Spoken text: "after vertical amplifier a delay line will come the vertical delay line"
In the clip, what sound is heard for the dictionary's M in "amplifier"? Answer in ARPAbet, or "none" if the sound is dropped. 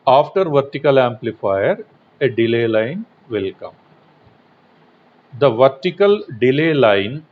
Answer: M